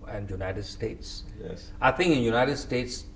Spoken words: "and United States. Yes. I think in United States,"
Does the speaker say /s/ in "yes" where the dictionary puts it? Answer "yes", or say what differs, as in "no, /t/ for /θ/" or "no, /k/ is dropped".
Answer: no, /s/ is dropped